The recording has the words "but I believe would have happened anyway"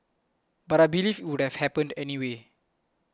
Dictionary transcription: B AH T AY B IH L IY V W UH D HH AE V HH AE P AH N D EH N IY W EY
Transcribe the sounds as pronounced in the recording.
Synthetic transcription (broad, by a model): B AH T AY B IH L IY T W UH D HH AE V HH AE P AH N D EH N IY W EY